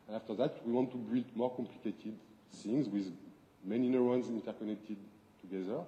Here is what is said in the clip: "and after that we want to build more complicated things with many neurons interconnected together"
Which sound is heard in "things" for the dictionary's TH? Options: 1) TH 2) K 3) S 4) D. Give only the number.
3